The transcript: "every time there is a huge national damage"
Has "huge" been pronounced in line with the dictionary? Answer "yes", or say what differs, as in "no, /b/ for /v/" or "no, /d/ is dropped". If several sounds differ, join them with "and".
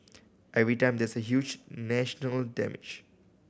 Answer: yes